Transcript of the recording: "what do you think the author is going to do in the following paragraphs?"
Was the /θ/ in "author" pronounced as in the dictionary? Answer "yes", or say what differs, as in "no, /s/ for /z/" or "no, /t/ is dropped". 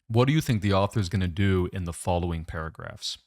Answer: yes